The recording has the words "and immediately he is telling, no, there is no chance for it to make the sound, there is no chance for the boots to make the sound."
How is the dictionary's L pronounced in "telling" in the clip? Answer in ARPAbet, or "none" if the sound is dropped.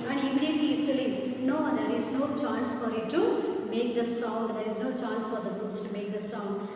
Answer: none